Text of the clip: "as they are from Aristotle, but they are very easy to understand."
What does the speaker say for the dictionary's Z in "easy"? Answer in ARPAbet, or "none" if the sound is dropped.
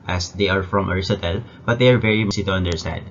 S